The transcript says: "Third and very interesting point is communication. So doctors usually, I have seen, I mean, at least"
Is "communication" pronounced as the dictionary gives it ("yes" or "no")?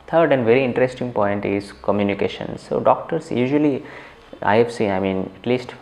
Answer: yes